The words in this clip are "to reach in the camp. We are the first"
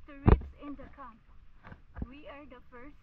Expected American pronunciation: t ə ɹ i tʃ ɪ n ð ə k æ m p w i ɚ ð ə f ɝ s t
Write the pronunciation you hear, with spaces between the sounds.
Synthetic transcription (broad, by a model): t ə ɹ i s ɪ n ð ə k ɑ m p w i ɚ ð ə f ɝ s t